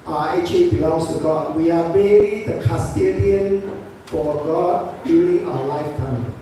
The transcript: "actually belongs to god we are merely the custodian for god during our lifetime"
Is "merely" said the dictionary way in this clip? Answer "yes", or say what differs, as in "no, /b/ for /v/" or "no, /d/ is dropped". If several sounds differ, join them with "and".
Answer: no, /l/ is dropped